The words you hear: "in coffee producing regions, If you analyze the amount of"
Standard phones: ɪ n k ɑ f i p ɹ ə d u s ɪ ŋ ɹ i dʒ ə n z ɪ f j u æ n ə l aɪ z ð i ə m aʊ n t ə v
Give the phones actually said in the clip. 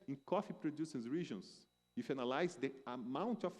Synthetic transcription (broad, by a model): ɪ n k ɑ f i p ɹ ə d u s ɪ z ɹ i ʒ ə n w ɪ f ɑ n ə l aɪ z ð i ə m aʊ n t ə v